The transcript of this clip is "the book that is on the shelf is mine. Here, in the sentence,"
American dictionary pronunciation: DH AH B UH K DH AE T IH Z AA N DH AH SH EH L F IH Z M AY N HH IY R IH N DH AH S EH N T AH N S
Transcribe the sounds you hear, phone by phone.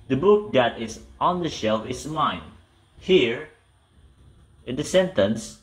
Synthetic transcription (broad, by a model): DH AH B UH K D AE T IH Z AA N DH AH SH EH L F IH S M AY N HH IY R IH N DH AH S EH N T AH N S